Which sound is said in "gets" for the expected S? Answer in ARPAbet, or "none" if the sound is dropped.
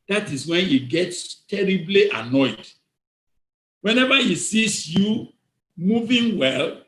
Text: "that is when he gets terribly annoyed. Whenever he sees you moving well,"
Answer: S